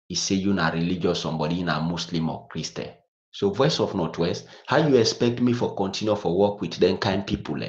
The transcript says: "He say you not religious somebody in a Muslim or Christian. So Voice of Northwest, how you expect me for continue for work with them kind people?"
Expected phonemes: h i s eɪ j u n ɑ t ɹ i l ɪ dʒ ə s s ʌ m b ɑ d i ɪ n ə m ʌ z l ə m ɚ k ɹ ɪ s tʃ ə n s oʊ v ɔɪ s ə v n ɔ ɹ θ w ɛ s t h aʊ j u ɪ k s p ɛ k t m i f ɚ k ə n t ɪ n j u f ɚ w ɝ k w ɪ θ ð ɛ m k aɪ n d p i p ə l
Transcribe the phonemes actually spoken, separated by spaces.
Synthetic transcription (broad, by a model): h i s eɪ j u n ɑ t ɹ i l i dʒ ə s s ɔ m b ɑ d i n ə m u s l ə m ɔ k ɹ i s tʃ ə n s oʊ v ɔɪ s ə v n ɔ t w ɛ s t h aʊ j u ɪ k s p ɛ k t m i f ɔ k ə n t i n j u f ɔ w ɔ k w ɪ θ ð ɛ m k aɪ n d p i p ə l